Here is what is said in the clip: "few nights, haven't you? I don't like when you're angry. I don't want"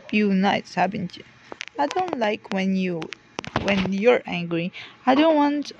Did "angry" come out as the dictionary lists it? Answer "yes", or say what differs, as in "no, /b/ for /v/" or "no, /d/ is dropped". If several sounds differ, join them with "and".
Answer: yes